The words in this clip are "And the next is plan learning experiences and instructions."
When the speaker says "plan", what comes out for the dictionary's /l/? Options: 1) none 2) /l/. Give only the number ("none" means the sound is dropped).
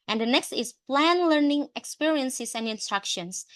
2